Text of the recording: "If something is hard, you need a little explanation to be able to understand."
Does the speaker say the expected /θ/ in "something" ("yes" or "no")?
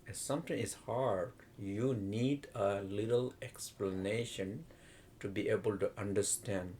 no